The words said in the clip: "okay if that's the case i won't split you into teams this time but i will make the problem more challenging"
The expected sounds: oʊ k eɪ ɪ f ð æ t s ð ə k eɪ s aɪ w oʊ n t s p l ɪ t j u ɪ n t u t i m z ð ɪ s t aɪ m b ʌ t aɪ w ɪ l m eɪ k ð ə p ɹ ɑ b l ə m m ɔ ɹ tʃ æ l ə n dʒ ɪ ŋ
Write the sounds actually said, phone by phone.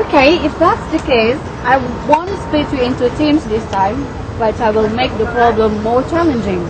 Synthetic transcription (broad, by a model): k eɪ ɪ f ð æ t s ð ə k eɪ s aɪ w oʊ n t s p ɪ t j u ɪ n t u t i m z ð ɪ s t aɪ m b ʌ t aɪ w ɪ l m eɪ k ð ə p ɹ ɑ b l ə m m ɔ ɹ tʃ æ l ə n dʒ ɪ ŋ